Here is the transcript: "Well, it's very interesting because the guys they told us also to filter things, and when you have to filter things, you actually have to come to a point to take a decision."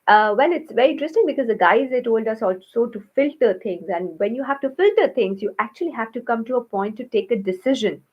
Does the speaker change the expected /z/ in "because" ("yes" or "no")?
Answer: no